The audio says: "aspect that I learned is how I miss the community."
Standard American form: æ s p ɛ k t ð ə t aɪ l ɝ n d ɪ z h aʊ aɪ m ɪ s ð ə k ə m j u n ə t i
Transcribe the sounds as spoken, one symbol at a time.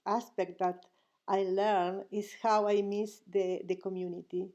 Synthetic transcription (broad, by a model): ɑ s p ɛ k t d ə t aɪ l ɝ n ɪ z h aʊ aɪ m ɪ s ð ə k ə m j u n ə t i